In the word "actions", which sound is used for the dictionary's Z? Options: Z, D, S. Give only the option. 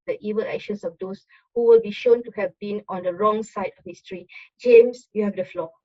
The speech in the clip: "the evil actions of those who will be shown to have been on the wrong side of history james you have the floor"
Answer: S